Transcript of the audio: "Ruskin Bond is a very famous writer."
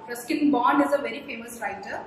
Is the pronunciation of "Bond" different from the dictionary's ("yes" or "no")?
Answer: yes